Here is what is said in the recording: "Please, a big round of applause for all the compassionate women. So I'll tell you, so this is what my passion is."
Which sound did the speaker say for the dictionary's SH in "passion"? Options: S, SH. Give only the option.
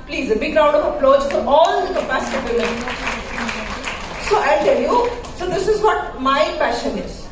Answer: SH